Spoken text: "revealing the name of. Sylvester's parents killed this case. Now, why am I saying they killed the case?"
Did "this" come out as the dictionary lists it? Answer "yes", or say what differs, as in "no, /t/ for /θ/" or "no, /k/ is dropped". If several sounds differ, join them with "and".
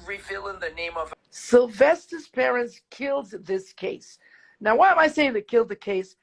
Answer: yes